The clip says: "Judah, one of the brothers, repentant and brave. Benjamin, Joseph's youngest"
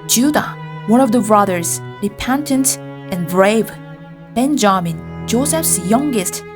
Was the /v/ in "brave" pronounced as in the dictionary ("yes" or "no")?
yes